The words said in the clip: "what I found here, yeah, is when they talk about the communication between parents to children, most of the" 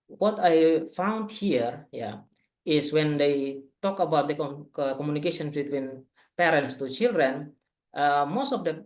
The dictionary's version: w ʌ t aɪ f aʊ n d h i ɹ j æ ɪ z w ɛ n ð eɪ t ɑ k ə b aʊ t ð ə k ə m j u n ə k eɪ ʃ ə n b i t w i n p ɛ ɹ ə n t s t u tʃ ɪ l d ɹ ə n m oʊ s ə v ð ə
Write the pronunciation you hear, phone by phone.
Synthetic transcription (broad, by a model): w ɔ t aɪ f aʊ n d h i ɹ j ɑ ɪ s w ɛ n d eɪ t ɑ k ə b aʊ t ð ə k ə m j u n ə k eɪ ʃ ə n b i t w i n p ɛ ɹ ə n t s t u tʃ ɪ l d ɹ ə n m oʊ s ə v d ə